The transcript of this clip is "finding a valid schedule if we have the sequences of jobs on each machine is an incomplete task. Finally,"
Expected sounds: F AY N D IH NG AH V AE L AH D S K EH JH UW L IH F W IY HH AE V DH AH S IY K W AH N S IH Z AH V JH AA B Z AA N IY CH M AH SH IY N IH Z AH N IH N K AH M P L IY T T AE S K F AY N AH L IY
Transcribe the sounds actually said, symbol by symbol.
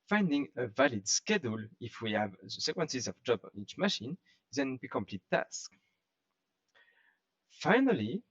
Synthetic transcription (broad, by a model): F AY N D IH NG AH V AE L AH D S K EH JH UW L IH F W IY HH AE V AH S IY K W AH N S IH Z AH V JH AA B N IY CH M AH SH IY N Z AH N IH K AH M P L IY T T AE S K F AY N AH L IY